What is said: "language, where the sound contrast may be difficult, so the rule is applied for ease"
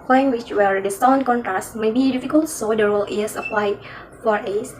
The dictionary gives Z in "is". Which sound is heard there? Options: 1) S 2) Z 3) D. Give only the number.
1